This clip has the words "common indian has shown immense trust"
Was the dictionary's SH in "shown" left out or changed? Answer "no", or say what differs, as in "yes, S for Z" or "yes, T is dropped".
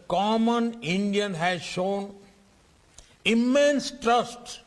no